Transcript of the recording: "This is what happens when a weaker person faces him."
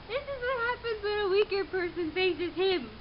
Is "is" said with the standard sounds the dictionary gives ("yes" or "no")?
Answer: yes